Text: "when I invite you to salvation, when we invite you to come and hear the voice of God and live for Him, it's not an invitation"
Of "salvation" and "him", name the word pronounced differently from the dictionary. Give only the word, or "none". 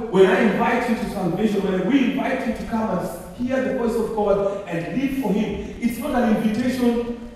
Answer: salvation